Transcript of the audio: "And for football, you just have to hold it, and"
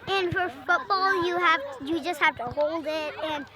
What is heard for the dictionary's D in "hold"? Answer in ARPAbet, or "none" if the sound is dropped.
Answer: D